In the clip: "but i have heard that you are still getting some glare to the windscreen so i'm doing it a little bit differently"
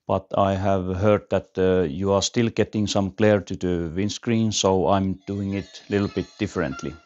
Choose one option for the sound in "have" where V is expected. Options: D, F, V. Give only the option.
V